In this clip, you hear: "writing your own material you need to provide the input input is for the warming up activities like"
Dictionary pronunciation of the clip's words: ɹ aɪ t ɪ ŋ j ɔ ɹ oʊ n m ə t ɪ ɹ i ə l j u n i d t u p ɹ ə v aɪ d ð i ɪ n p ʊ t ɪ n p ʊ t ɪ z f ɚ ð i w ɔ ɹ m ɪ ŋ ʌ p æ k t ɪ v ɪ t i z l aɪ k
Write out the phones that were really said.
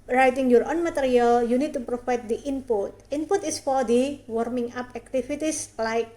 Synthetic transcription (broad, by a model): ɹ aɪ t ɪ ŋ j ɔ ɹ oʊ n m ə t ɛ ɹ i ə l j u n i d t u p ɹ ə f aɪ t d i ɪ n p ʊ t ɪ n p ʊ t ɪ s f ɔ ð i w ɔ ɹ m ɪ ŋ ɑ p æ k t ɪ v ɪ t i s l aɪ k